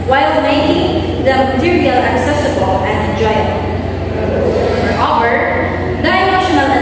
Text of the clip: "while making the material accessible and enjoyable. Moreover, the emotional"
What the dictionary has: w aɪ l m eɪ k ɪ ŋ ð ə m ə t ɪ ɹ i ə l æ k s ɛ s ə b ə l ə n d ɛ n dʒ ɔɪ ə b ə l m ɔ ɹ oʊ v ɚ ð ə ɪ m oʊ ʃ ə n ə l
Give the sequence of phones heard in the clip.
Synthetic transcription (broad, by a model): w aɪ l m eɪ k ɪ ŋ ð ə m ə t ɪ ɹ i ə l æ k s ɛ s ə b ə l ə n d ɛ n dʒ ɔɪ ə ə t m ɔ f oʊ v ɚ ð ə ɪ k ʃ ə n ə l